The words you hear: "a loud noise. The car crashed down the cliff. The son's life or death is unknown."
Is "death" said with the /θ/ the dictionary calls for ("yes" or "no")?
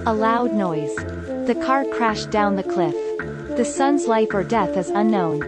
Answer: yes